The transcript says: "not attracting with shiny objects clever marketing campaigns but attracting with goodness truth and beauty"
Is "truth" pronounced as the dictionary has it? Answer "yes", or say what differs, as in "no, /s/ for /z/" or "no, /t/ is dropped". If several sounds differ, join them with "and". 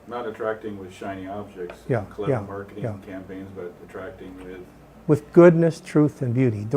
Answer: yes